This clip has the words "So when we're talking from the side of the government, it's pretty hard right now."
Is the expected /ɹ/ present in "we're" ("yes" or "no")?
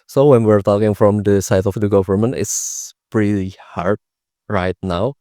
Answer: yes